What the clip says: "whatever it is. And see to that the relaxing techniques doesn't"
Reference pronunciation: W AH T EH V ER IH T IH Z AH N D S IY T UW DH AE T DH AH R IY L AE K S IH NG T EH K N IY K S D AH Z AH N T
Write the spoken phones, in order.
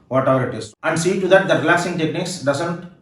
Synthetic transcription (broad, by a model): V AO T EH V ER IH T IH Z AH N D S IY T UW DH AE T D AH R IY L AE K S IH NG T EH K N IY K S D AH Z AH N T